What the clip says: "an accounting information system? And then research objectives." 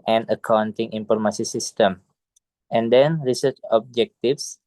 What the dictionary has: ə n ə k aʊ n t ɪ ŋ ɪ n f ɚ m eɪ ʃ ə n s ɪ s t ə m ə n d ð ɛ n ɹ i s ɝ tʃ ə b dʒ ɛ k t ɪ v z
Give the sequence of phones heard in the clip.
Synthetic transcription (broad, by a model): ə n ə k aʊ n t ɪ ŋ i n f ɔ m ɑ s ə s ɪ s t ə m ə n d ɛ n ɹ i s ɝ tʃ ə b dʒ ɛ k t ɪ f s